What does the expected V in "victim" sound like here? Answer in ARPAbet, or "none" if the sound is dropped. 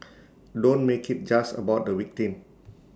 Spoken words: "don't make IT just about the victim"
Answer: W